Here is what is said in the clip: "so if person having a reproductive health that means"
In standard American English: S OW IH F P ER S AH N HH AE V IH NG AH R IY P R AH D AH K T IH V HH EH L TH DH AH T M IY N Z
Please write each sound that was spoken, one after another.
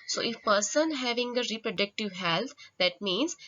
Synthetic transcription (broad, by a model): S OW IH F P ER S AH N HH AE V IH NG AH R IY P R AH D AH K T IH V HH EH L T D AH T M IY N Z